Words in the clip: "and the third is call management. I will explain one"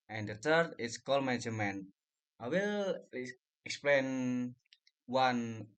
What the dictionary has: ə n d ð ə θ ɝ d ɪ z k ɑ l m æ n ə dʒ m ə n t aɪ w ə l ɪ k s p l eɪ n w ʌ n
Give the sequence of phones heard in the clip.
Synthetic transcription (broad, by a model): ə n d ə t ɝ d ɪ s k ɑ l m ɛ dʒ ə m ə n t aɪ w ə l ɪ k s p l eɪ n w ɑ n